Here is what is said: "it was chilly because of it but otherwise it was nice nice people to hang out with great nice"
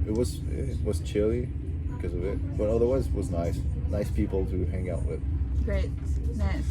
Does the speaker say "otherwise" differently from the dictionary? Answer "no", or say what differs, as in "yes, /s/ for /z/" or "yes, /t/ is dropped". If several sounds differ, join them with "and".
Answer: no